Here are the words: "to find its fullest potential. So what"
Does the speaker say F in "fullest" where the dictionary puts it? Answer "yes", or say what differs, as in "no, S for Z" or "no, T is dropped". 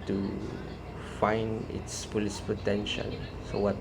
no, P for F